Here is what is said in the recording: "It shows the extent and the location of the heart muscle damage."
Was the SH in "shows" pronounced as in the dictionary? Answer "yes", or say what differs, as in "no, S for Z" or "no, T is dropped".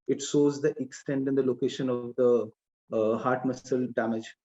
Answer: no, S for SH